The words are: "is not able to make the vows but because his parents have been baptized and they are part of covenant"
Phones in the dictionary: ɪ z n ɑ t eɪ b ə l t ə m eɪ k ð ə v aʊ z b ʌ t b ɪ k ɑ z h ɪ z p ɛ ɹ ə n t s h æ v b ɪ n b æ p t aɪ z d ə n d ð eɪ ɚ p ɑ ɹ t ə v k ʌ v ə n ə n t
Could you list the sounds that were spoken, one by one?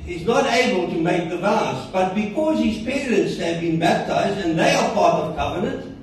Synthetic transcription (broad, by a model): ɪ z n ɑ t eɪ b ə l t ə m eɪ k ð ə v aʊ s b ʌ t b ɪ k ɑ z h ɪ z p ɛ ɹ ə n t s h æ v b ɪ n b æ p t aɪ z d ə n ð eɪ ɚ p ɑ ɹ t ə v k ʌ v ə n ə n t